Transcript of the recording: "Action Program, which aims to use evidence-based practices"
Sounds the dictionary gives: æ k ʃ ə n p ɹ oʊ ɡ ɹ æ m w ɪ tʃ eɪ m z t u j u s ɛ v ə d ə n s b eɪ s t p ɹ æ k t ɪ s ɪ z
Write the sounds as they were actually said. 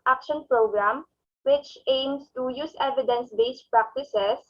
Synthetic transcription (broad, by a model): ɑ k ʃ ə n p ɹ oʊ ɡ ɹ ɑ m w ɪ tʃ eɪ m s t u j u s ɛ v ə d ə n s b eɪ s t p ɹ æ k t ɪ s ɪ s